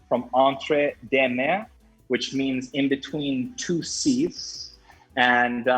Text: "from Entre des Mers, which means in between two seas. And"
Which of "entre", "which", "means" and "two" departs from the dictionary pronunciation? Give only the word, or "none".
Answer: none